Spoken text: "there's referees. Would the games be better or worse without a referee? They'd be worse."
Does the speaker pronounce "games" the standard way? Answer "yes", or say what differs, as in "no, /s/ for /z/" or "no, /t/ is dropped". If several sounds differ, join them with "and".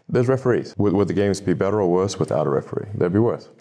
yes